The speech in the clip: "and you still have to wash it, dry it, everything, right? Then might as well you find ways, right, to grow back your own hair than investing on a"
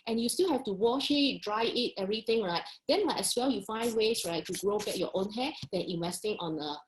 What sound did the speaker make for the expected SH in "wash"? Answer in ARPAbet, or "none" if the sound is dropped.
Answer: SH